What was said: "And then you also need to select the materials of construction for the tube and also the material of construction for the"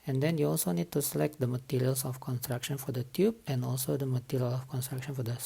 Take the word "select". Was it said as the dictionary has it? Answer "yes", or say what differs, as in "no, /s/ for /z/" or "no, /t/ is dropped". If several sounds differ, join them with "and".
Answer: yes